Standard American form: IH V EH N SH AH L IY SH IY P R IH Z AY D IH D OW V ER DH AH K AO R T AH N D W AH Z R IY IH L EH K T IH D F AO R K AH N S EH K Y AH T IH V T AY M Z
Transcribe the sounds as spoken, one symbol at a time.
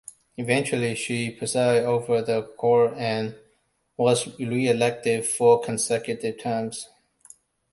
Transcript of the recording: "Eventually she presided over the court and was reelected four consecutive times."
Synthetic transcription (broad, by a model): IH V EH N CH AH L IY SH IY P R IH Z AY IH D OW V ER DH AH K AO R AH N W AH Z R IY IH L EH K T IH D F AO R K AH N S EH K Y AH T IH V T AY M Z